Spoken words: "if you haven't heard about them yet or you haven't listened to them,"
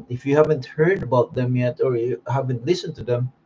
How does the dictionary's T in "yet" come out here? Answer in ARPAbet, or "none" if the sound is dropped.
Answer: T